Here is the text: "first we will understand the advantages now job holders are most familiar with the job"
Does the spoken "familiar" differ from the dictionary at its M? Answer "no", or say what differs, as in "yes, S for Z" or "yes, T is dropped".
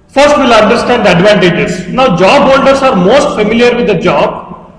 no